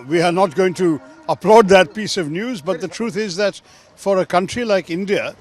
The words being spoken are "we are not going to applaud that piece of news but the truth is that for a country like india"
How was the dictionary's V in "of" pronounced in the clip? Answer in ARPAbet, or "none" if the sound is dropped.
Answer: V